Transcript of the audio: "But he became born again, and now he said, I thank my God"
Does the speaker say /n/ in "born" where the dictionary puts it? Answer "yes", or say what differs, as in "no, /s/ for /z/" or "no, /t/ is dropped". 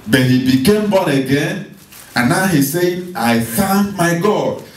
no, /n/ is dropped